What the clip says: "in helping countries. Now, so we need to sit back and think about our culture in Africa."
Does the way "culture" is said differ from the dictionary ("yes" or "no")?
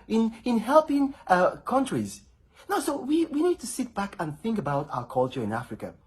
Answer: no